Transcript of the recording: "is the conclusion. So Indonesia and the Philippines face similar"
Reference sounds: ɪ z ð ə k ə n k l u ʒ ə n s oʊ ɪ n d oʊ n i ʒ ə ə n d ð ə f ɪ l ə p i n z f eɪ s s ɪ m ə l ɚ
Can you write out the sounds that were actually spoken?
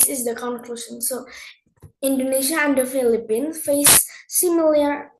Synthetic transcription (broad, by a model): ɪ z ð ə k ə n k l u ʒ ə n s oʊ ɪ n d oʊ n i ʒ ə ə n d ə f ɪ l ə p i n f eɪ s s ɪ m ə l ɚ